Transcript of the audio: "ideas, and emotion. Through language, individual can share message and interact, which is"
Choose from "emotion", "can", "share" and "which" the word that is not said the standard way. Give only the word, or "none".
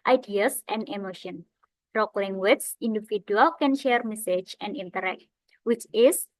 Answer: none